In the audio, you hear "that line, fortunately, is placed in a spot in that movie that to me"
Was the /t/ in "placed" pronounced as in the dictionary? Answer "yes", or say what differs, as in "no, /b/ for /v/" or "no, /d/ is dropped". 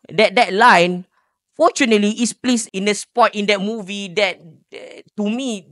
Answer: no, /t/ is dropped